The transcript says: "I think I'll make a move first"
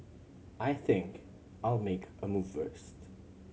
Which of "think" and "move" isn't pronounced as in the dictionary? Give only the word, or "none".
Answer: none